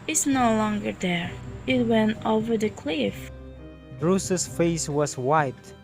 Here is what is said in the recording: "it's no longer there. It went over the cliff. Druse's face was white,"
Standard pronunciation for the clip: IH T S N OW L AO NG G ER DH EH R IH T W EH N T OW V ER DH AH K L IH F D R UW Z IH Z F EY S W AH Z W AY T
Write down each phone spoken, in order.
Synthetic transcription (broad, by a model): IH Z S N OW L AO NG G ER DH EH R IH T W EH N T OW V ER DH AH K L IH F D R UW S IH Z F EY S W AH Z W AY T